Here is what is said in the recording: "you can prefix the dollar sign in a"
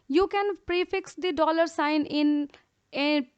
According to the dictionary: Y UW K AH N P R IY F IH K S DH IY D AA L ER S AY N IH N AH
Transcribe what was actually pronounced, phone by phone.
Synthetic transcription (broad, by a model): Y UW K AH N P R IY F IH K S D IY D AA L ER S AY N IH N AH